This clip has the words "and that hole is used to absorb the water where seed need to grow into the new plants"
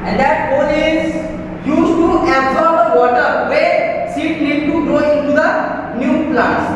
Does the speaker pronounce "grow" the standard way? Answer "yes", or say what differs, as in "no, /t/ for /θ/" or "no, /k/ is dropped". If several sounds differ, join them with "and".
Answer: no, /ɹ/ is dropped